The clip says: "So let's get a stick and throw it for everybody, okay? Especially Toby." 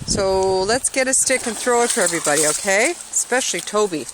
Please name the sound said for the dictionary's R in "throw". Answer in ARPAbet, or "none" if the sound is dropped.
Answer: R